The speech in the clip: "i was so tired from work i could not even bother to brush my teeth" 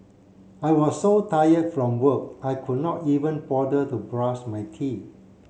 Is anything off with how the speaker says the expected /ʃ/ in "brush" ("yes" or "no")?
yes